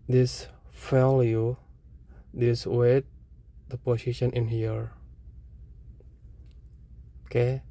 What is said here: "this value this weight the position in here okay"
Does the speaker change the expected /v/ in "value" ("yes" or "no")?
yes